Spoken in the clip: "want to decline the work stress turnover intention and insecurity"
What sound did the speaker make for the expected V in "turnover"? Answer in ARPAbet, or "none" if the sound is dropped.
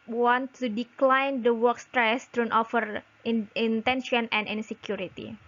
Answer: F